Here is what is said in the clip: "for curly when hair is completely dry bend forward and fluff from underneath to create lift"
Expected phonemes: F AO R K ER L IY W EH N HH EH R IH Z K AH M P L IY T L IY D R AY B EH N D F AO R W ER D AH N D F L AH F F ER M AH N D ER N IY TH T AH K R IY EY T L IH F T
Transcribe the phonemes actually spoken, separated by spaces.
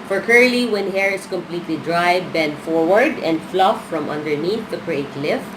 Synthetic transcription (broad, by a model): F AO R K ER L IY W EH N HH EH R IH S K AH M P L IY T L IY D R AY B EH N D F AO R W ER D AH N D F L AH F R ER M AH N D ER N IY TH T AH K R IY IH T L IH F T